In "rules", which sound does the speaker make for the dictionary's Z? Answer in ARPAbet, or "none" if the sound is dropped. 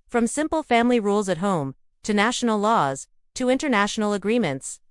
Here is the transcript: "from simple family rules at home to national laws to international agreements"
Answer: Z